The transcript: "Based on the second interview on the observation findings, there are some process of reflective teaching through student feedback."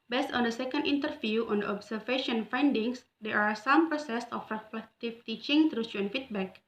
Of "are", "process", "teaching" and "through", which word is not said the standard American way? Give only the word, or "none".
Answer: through